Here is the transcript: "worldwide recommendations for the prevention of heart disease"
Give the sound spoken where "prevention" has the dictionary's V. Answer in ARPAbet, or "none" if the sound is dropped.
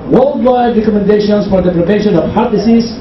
P